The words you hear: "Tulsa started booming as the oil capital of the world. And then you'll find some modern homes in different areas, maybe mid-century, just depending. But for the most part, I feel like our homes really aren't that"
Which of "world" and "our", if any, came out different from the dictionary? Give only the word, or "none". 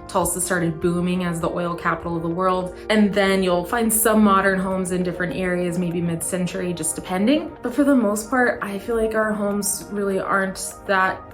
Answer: none